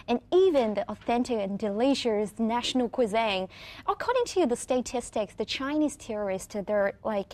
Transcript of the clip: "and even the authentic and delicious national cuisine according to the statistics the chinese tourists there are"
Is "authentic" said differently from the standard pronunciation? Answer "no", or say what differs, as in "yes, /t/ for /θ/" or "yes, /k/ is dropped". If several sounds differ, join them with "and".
no